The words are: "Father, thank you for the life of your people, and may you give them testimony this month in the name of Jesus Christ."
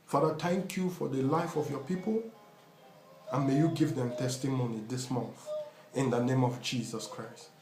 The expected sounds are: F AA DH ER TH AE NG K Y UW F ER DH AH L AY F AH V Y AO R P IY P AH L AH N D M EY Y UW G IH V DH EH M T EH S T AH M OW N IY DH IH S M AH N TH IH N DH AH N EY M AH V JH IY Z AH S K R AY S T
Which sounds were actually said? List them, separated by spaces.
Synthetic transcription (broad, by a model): F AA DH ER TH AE NG K Y UW F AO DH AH L AY F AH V Y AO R P IY P AH L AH N M EY Y UW G IH V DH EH M T EH S T AH M OW N IY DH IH S M AH N TH IH N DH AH N EY M AH V JH IY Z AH S K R AY S T